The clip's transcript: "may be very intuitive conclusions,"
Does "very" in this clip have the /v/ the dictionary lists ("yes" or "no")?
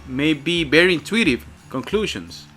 no